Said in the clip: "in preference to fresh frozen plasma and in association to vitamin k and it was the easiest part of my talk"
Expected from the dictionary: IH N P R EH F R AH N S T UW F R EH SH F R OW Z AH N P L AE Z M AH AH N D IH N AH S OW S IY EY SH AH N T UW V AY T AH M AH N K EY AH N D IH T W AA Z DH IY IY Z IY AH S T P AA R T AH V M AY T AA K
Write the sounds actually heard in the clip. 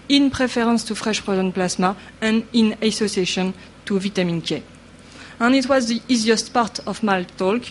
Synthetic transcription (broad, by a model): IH N P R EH F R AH N S T UW F R EH SH P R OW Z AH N P L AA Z M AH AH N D IH N AH S OW S IY EY SH AH N T UW V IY T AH M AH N K EY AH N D IH T W AA Z DH IY IY Z IY AH S T P AA R T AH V M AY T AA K